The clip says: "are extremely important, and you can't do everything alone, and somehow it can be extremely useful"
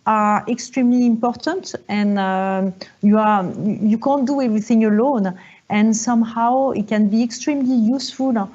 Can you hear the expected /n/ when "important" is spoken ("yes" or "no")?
yes